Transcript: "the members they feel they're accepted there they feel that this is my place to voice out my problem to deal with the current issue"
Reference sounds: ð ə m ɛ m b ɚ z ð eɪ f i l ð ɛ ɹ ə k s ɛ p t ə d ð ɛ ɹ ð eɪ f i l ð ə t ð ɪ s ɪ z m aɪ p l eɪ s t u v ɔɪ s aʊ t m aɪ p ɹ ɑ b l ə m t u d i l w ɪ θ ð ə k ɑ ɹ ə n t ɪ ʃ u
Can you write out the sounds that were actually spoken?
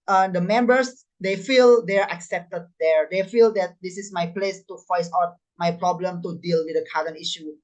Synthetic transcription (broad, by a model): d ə m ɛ m b ɚ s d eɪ f i l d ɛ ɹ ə k s ɛ p t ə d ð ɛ ɹ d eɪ f i l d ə t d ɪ s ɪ s m aɪ p l eɪ s t u f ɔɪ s aʊ t m aɪ p ɹ ɑ b l ə m t u d i l w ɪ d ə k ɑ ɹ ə n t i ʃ u